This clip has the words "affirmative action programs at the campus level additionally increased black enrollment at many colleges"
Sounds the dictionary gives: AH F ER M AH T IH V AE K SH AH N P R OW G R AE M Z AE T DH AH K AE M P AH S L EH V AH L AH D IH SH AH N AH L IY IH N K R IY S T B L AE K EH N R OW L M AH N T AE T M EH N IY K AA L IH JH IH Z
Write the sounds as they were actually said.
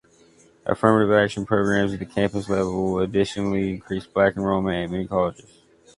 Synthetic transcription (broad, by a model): AH F ER M AH T IH V AE K SH AH N P R OW G R AE M Z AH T DH AH K AE M P AH S L EH V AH L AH D IH SH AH N L IY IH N K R IY S B L AE K N R OW M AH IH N M EH N IY K AA L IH JH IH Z